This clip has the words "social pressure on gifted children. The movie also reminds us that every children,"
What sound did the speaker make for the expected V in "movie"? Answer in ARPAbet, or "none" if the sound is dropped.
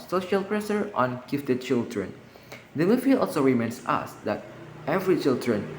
F